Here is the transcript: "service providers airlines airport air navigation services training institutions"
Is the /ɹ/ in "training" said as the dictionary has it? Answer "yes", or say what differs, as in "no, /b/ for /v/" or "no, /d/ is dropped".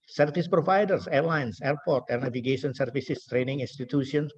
yes